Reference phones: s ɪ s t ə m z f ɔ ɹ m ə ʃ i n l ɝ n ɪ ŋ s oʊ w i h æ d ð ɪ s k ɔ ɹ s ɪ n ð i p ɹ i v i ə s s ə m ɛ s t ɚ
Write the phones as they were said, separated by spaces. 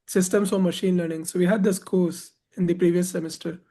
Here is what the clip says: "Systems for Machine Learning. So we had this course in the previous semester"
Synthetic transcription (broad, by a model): s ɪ s t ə m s f ɔ ɹ m ə ʃ i n l ɝ n ɪ ŋ s oʊ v i h æ d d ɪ s k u l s ɪ n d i p ɹ i v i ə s s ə m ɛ s t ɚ